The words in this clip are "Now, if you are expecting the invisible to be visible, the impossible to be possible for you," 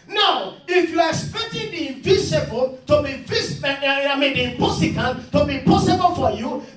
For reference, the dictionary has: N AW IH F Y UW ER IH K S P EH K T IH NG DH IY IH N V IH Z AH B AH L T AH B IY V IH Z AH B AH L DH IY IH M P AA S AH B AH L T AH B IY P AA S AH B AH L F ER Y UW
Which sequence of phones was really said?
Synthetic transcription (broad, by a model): N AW IH F Y UW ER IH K S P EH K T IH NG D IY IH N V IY S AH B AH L T AH B IY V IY S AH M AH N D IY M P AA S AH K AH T T AH B IY P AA S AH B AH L F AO Y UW